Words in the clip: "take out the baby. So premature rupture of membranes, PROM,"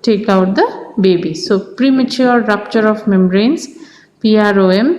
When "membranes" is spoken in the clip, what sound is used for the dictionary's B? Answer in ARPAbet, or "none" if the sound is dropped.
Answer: none